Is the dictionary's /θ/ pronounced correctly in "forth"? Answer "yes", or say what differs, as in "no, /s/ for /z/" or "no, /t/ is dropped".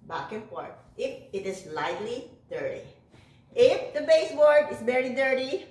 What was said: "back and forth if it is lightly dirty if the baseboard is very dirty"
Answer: no, /t/ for /θ/